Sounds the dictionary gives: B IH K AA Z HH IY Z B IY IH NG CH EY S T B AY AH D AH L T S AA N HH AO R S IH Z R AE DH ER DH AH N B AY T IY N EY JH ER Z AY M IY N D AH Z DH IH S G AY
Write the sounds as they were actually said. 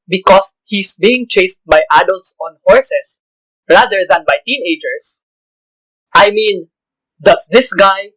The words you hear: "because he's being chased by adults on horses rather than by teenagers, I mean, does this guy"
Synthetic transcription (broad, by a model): B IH K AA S HH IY S B IY IH NG CH EY S T B AY AH D AH L T S AA N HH AO R S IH S R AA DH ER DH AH N B AY T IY N EY JH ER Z AY M IY N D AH S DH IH S G AY